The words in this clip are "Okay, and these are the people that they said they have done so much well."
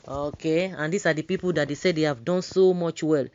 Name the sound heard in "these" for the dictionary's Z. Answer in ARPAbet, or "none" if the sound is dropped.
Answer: S